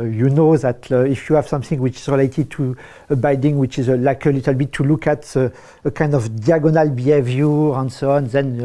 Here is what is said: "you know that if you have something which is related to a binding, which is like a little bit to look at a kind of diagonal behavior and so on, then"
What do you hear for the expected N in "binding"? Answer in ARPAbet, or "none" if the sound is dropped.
none